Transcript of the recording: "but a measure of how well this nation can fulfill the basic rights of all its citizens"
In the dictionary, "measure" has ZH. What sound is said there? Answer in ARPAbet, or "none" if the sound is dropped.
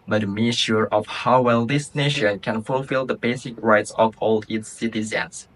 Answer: SH